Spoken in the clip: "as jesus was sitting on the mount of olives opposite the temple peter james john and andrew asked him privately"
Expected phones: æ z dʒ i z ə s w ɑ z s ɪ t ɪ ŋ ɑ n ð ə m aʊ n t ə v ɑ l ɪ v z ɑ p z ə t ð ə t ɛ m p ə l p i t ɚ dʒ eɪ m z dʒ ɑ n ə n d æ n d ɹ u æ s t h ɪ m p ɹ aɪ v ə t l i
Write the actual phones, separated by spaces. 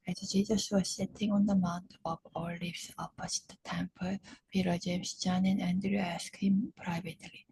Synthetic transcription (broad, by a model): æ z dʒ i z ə s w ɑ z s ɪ t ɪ ŋ ɑ n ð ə m aʊ n t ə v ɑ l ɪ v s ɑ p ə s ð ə t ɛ m p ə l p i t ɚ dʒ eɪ m s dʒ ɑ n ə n æ n d ɹ u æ s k h ɪ m p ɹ aɪ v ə t l i